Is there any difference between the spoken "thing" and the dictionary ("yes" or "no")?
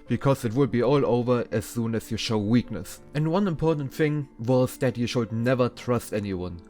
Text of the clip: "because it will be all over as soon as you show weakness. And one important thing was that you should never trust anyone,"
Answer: no